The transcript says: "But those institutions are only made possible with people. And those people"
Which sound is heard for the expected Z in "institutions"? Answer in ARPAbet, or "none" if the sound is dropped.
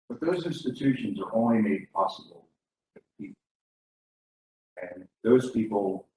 Z